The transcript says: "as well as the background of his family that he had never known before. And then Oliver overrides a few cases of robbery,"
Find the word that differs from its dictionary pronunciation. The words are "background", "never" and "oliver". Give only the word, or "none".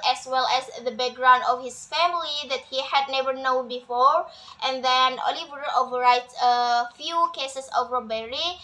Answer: none